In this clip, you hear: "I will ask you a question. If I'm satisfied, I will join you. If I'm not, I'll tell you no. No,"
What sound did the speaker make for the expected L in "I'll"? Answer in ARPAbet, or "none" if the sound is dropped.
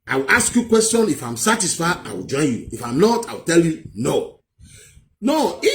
W